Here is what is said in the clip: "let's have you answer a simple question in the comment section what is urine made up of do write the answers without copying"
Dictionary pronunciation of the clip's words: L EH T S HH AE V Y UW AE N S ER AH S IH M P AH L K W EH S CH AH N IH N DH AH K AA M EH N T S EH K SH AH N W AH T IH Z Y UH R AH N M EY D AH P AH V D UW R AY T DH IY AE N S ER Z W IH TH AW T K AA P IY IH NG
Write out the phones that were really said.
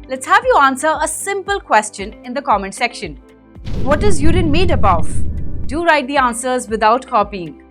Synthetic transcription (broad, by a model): L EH T S HH AE V Y UW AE N S ER AH S IH M P AH L K W EH S CH AH N IH N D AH K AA M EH N S EH K SH AH N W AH T IH Z Y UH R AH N M EY D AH B AH V D UW R AY T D IY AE N S ER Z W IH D AW T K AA P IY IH NG